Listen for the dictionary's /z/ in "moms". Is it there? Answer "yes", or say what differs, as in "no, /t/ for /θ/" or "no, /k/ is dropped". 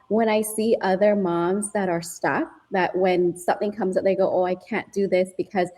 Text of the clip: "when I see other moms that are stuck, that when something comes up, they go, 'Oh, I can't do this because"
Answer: yes